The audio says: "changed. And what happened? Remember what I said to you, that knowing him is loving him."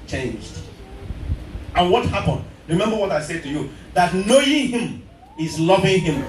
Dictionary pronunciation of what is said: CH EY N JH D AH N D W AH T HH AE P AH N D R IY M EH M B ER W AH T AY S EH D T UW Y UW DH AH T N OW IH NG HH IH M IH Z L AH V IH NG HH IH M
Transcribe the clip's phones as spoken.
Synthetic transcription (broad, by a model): CH EY N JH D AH N W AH T HH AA P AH N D R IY M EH M B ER W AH T AY S EH D T UW Y UW DH AH T N OW IH NG HH IH M IH Z L AH V IH NG HH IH M